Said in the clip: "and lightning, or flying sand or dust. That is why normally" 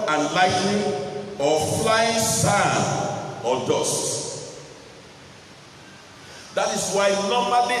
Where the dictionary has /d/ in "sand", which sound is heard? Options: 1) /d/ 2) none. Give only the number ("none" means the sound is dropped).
2